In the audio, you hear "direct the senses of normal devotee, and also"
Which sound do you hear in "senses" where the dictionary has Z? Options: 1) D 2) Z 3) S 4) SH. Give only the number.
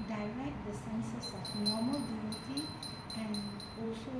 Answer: 3